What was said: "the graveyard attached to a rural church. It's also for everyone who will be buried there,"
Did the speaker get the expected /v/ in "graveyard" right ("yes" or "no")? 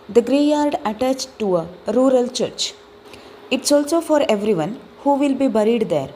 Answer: no